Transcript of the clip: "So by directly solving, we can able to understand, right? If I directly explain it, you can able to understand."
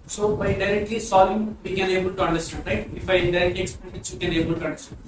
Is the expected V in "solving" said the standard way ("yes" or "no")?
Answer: no